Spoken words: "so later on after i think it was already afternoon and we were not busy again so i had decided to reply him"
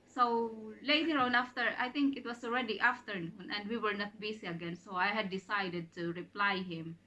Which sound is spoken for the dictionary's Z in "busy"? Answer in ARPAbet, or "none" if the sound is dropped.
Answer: S